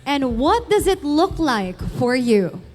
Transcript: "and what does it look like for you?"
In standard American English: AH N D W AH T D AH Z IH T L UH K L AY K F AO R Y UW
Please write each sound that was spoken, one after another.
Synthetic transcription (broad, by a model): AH N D W AH T D AH Z IH T L UH K L AY K F AO R Y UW